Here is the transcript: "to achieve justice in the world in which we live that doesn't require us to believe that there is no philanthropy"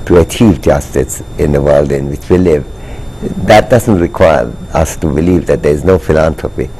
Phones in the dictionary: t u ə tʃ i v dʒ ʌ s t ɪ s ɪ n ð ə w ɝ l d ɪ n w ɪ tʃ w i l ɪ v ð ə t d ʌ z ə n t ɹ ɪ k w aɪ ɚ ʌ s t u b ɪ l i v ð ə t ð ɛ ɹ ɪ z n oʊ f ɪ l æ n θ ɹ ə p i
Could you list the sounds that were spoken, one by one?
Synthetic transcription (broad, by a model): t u ə tʃ i v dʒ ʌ s t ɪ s ɪ n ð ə w ɝ l d ɪ n w ɪ tʃ w i l ɪ v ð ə t d ʌ z ə n t ɹ ɪ k w aɪ ɚ ʌ s t u b ɪ l i v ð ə t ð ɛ ɹ ɪ z n oʊ f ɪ l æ n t ɹ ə p i